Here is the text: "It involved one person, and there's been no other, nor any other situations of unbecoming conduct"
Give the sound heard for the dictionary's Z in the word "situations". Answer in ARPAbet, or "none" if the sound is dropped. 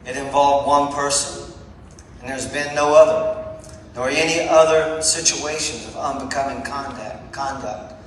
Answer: Z